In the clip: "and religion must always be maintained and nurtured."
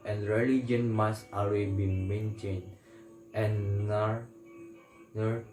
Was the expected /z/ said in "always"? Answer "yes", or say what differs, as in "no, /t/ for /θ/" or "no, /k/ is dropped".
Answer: no, /z/ is dropped